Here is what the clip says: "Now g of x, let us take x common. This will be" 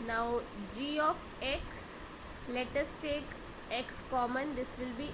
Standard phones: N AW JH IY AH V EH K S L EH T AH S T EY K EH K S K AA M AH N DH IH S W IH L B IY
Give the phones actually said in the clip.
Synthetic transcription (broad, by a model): N AW JH IY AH F EH K S L EH T AH S T EY K EH K S K AA M AH N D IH S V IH L B IY